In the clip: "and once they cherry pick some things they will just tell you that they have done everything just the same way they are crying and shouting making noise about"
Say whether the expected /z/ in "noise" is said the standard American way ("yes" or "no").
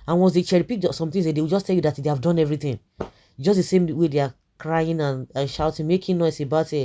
no